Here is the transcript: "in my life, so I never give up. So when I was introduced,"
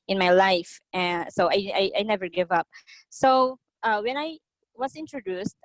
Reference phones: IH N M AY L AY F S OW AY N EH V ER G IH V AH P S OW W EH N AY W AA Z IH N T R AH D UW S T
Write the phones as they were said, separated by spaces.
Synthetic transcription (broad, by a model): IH N M AY L AY F S OW AY N EH V ER G IH V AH P S OW W EH N AY W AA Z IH N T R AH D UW S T